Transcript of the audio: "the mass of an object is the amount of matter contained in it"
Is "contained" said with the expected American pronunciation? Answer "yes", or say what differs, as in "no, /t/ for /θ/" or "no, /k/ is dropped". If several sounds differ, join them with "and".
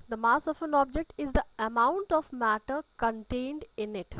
yes